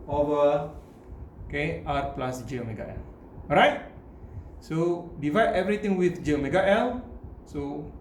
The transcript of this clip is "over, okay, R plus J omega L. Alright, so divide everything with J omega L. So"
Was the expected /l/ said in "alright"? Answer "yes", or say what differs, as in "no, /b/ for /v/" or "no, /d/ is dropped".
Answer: no, /l/ is dropped